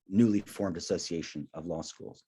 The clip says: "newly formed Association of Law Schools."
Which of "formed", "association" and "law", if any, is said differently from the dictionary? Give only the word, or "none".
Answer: none